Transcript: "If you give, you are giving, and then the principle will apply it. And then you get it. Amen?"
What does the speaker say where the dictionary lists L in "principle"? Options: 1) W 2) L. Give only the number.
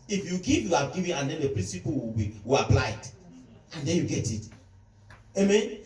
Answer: 1